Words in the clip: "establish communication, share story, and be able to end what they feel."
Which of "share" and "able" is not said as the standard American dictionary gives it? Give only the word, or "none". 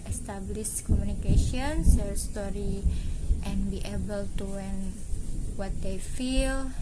share